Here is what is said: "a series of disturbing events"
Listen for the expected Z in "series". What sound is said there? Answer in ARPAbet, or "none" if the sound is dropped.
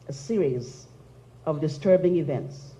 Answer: Z